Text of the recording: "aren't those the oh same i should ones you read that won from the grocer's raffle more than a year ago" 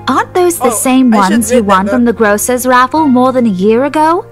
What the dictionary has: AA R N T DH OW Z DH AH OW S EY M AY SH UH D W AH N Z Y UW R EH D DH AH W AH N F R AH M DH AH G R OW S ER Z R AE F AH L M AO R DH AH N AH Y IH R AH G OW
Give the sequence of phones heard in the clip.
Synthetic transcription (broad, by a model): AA R N DH OW Z DH AH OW S EY M W AH N Z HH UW W AH N F R AH M DH AH G R OW S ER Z R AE F L M AO R DH AH N AH Y IH R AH G OW